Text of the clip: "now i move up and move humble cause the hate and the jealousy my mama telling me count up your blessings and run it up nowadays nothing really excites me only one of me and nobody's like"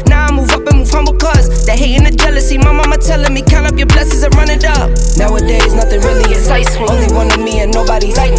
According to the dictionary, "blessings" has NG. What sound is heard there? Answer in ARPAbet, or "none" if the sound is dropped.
none